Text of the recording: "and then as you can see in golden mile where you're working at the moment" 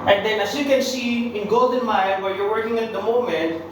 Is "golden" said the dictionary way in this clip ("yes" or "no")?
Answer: yes